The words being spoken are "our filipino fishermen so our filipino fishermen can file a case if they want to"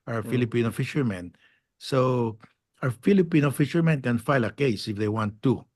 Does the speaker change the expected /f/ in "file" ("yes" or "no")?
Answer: no